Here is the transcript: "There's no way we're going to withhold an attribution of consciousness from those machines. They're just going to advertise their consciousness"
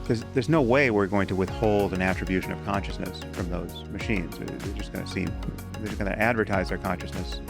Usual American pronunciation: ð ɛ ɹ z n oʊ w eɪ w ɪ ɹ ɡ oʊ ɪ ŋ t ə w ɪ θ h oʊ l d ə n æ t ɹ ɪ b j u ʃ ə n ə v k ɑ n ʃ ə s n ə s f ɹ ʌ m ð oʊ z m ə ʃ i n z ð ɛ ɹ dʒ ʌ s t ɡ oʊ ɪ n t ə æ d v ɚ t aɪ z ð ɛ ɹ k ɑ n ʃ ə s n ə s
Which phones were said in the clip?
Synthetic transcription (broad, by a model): ð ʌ ɹ z n oʊ w eɪ w ɪ ɹ ɡ oʊ ɪ ŋ t ə w ɪ θ h oʊ l d ə n æ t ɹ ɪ b j u ʃ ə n ə v k ɑ n ʃ ə s n ə s f ɹ ʌ m ð oʊ z m ə ʃ i n z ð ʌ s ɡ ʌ s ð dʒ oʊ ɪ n t æ d v ɚ t aɪ z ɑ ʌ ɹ k ɑ n ʃ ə s n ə s